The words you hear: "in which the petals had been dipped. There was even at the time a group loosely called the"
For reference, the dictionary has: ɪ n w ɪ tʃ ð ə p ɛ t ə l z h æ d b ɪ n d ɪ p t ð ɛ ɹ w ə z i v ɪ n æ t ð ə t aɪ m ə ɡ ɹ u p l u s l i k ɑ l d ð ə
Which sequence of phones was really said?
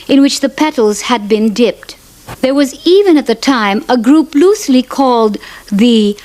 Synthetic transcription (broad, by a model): ɪ n w ɪ tʃ ð ə p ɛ t l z h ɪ d b ɪ n d ɪ p t ð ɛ ɹ w ə z i v ɪ n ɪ t ð ə t aɪ m ə ɡ ɹ u p l u s l i k ɑ l d ð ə